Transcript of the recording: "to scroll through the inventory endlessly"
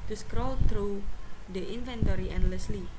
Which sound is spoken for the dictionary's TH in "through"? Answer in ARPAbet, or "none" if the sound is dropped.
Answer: T